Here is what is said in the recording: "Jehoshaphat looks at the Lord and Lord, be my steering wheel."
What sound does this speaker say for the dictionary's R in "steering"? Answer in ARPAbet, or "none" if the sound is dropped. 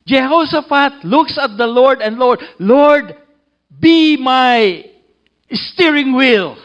R